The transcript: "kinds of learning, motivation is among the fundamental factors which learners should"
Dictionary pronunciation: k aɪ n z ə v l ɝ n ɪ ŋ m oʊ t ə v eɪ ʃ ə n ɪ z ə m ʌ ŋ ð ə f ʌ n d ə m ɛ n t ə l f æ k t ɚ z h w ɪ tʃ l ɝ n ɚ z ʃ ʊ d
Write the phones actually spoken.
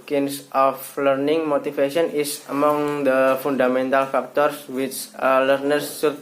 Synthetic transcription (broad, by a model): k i n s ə f l ɝ n ɪ ŋ m oʊ t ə f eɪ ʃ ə n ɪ s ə m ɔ ŋ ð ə f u n d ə m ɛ n t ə l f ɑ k t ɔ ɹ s w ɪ tʃ l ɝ n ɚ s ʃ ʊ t